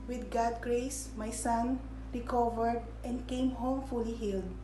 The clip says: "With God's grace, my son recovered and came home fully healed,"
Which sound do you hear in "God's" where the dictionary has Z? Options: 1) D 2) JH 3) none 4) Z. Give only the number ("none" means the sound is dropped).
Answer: 3